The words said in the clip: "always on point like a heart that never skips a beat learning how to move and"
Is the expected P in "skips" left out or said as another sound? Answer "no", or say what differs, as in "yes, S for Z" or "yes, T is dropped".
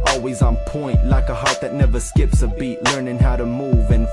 no